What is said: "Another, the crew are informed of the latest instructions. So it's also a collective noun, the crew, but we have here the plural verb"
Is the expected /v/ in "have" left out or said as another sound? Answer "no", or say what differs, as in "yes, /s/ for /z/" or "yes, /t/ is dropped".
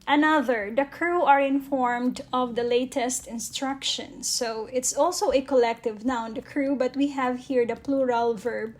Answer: no